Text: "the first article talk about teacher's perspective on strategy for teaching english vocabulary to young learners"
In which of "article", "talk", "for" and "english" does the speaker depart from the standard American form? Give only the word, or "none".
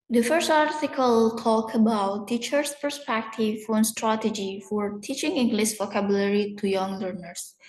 english